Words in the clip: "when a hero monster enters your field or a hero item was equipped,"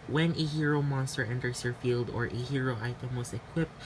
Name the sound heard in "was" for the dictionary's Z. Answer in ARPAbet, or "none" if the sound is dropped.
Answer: S